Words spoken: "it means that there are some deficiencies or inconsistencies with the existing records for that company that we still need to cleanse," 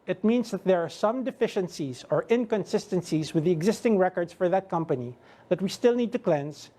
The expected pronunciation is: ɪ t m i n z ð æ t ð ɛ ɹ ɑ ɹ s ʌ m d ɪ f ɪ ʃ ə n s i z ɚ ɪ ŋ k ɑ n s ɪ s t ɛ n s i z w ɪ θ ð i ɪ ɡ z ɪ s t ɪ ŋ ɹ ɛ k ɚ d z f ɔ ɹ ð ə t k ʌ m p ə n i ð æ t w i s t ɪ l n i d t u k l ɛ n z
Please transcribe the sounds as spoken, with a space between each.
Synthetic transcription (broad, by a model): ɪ t m i n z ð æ t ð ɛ ɹ ɑ ɹ s ʌ m d ɪ f ɪ ʃ ə n s i z ɚ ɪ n k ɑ n s ɪ s t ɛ n s i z w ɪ ð i ɪ ɡ z ɪ s t ɪ ŋ ɹ ɛ k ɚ d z f ɔ ɹ ð ə t k ʌ m p ə n i ð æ t w i s t ɪ l n i d t u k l ɛ n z